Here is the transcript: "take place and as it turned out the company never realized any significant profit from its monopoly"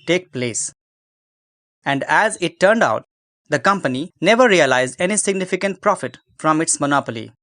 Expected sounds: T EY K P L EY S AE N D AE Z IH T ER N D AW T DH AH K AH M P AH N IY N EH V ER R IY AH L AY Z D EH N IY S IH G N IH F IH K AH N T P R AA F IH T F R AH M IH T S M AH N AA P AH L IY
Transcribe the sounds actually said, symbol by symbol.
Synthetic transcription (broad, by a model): T EY K P L EY S AE N D AE Z IH T ER N D AW T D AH K AH M P AH N IY N EH V ER R IY AH L AY Z D EH N IY S IH G N IH F IH K AH N T P R AA F IH T F R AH M IH T S M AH N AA P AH L IY